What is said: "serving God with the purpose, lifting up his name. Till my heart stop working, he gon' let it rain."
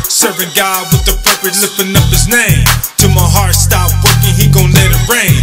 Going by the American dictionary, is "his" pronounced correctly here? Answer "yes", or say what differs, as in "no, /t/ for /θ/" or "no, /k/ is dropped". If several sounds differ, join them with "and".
yes